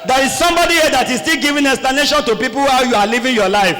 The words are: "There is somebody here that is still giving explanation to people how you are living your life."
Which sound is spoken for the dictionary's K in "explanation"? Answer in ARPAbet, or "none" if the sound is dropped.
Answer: none